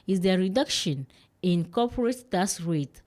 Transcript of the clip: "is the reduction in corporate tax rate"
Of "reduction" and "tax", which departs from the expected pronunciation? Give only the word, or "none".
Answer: tax